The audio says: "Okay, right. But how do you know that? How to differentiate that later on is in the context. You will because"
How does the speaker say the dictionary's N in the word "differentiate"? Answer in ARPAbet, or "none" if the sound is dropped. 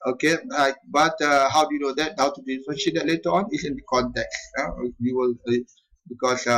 none